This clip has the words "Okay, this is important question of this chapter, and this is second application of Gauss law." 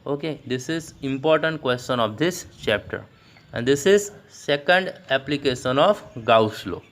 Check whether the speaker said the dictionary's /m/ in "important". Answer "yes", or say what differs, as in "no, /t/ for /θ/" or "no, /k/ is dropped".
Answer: yes